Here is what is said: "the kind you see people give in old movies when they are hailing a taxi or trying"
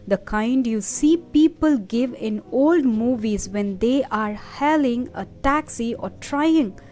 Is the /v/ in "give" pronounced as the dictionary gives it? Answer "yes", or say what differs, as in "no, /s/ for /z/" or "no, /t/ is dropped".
yes